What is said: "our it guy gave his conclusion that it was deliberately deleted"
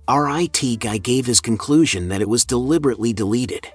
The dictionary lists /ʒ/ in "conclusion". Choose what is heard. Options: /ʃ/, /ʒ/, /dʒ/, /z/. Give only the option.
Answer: /ʒ/